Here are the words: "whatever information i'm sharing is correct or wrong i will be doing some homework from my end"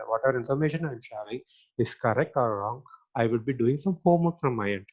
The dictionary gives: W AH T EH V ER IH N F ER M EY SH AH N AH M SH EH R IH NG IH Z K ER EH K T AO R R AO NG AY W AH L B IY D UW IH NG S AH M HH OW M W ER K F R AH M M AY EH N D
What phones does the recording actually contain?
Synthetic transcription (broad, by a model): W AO T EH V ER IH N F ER M EY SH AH N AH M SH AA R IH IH S K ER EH K T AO L R AO NG AY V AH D B IY D UW IH NG S AH M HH OW M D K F R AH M M AY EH N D